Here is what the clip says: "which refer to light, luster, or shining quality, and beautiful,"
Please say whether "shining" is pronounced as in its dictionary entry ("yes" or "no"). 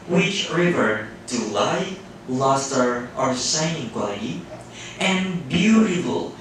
no